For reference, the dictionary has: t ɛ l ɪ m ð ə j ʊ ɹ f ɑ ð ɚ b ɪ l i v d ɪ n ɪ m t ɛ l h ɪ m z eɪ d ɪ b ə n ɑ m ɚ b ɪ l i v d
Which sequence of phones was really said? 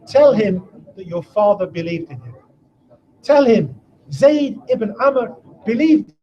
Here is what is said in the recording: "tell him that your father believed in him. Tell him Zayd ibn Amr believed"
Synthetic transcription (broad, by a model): t ɛ l ɪ m ð ə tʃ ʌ ɹ f ɑ ð ɚ b ɪ l i v d ɪ n ɪ m t ɛ l h ɪ m z eɪ d ɪ b ə n ɑ m ɚ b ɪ l i v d